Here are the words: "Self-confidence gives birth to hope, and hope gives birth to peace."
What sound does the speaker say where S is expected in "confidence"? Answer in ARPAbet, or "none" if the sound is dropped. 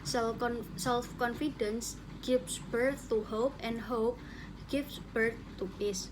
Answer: S